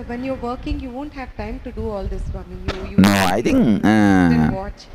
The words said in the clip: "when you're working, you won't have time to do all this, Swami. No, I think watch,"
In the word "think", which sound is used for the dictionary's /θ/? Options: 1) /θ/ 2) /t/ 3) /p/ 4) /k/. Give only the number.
2